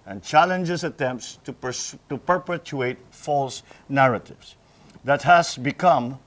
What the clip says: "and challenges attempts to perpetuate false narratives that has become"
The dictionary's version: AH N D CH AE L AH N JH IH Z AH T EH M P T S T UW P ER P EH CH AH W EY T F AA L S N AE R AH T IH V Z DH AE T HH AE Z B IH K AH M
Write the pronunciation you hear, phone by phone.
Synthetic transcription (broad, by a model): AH N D CH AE L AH N JH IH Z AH T EH M P T S T UW P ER P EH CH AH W EY T F AA L S N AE R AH T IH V S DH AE T HH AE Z B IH K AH M